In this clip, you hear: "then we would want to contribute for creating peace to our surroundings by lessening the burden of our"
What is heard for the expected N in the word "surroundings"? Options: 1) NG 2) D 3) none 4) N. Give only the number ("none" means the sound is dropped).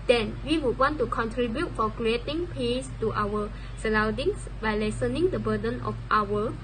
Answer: 3